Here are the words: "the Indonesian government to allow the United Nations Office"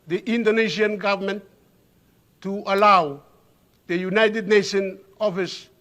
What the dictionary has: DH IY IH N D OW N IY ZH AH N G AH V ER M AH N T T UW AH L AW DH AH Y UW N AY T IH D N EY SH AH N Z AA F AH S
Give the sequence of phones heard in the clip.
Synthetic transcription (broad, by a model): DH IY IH N D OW N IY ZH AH N G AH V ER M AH N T T UW AH L AW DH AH Y UW N AY T IH D N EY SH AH N AA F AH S